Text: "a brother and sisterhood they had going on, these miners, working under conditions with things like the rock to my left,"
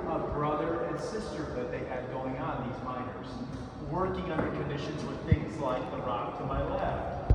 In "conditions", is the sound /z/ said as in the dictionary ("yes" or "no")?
yes